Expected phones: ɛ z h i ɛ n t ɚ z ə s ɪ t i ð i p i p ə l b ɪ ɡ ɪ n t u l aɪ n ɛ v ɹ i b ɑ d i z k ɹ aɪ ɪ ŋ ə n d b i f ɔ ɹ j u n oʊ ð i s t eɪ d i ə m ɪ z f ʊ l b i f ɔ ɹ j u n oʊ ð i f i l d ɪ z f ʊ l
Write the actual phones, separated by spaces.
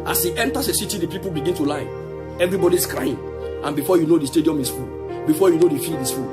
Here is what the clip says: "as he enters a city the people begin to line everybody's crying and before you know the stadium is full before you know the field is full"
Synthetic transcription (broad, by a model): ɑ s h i ɛ n t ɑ s ə s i t i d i p i p ə l b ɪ ɡ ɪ n t u l aɪ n ɛ v ɹ i b ɑ d i s k ɹ aɪ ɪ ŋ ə n b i f ɔ j u n oʊ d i s t eɪ d i ə m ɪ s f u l b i f ɔ j u n oʊ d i f i l d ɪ s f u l